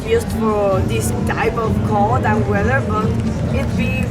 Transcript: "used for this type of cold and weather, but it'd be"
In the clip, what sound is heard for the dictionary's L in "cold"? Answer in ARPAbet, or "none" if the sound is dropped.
none